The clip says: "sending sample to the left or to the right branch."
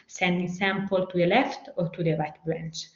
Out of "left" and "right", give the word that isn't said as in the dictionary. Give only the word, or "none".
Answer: none